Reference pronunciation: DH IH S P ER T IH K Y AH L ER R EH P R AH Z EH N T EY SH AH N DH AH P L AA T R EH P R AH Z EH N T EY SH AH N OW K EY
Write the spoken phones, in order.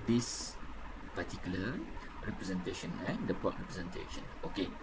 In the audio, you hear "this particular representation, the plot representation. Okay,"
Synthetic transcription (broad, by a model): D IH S P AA T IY K Y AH L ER R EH P R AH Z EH N T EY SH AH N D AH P AA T R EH P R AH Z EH N T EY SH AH N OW K EY